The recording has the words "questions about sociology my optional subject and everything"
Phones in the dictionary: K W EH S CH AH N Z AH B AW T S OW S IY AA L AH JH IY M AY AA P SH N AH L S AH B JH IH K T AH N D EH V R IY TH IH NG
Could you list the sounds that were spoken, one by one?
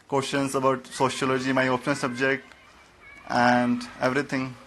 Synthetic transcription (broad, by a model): K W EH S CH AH N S AH B AW T S OW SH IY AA L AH JH IY M AY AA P N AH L S AH B JH IH K T AH N D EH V R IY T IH NG